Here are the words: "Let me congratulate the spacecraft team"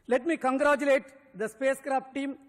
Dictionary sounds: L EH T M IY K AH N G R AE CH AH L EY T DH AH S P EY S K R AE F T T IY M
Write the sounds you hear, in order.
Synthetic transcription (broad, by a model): L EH T M IY K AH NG G R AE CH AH L EY T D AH S P EY S K R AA P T T IY M